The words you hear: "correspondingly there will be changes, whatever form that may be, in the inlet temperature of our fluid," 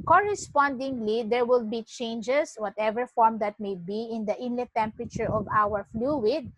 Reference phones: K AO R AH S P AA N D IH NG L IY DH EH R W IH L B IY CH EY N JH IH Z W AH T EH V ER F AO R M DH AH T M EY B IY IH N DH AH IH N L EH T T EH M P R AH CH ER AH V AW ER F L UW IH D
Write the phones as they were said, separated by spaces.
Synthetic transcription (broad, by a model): K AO R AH S P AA N D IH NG L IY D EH R W IH L B IY CH EY N JH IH S W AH T EH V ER F AO R M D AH T M EY B IY IH N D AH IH N L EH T T EH M P R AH CH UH AH V AW ER F L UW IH D